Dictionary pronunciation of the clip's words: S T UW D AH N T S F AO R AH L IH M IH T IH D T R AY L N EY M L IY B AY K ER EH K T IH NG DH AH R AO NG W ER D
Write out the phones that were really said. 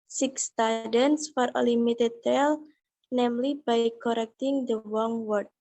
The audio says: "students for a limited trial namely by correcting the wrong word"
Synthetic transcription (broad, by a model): S T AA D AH N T S F AO R AH L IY M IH T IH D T AY L N EY M L IY B AY K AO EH K T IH NG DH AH W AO NG W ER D